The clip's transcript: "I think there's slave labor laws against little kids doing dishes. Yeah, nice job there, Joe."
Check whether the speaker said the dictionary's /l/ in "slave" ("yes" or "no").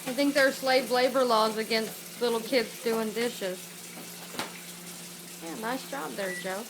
yes